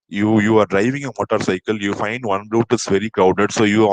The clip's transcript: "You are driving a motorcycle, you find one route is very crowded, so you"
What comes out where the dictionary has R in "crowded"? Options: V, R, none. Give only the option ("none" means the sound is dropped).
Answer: none